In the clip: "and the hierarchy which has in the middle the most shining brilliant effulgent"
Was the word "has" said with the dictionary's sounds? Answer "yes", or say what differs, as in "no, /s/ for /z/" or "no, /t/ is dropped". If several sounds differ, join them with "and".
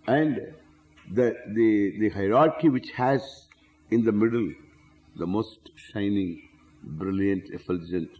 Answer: yes